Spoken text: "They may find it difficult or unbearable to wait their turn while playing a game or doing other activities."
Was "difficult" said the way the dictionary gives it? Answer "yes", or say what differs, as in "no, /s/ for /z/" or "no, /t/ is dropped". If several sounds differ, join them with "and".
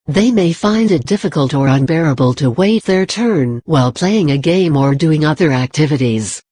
yes